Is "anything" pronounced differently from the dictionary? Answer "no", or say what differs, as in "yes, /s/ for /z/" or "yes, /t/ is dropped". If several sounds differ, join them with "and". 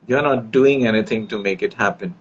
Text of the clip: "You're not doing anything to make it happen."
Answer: yes, /t/ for /θ/